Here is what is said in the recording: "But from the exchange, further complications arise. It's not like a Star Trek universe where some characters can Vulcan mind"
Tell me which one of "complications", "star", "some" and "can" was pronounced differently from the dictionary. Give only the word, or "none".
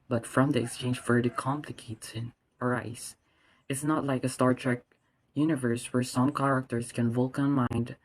complications